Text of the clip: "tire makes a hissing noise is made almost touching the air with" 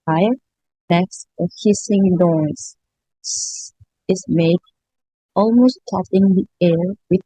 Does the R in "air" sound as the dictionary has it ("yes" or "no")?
yes